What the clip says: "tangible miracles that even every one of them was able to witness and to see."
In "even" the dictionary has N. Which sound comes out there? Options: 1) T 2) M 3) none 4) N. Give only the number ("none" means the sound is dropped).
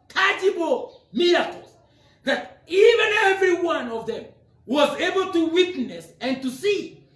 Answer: 4